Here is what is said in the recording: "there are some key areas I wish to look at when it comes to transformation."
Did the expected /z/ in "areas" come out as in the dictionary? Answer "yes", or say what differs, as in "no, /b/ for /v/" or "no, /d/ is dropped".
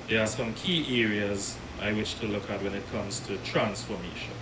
yes